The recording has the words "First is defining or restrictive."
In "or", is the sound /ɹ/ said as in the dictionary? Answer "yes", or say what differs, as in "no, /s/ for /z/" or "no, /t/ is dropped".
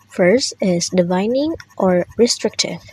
yes